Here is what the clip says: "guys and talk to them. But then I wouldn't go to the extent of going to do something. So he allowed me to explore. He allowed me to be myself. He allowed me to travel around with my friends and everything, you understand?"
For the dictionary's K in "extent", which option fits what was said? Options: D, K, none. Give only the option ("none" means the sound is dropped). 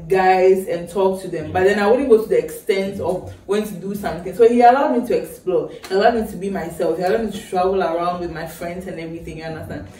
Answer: K